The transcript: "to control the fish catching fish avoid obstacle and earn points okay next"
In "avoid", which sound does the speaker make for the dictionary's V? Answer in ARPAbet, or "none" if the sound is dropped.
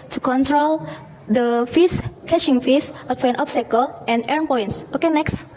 F